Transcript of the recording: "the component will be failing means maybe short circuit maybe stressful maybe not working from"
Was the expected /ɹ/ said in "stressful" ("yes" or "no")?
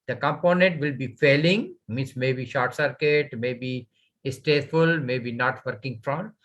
no